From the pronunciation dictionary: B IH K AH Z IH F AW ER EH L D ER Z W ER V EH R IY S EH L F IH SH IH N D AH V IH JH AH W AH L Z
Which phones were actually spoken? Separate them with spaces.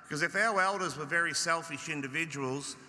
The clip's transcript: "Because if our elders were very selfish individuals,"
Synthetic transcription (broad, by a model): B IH K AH Z IH F AW ER EH L D ER Z W ER V EH R IY S EH L F IH SH IH N D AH V IH JH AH W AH L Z